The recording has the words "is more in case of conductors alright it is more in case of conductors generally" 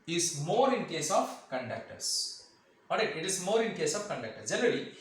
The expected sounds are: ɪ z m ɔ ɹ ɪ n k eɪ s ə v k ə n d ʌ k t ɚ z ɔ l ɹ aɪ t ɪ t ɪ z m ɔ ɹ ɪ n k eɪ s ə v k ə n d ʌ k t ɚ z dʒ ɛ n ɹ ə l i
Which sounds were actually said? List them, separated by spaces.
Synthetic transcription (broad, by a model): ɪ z m ɔ ɹ ɪ n k eɪ s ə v k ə n d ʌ k t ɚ s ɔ ɹ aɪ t ɪ t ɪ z m ɔ ɹ ɪ n k eɪ s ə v k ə n d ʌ k t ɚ s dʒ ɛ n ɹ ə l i